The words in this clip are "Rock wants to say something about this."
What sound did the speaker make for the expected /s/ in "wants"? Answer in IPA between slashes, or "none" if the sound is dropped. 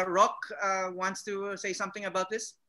/s/